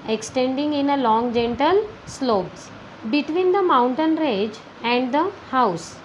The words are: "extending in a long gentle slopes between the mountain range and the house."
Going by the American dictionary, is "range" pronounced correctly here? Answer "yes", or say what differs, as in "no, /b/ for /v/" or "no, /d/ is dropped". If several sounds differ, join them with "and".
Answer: no, /n/ is dropped